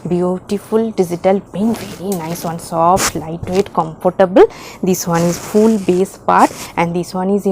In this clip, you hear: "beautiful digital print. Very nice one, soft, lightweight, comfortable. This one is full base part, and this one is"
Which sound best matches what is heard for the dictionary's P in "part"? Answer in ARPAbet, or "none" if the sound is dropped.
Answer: P